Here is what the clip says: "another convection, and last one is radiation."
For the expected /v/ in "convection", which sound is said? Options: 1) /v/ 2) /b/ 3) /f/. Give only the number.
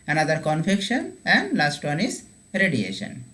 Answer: 3